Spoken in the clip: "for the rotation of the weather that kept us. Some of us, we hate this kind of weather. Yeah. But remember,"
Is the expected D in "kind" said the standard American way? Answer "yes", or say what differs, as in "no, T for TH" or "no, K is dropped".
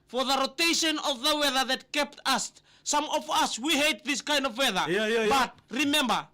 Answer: yes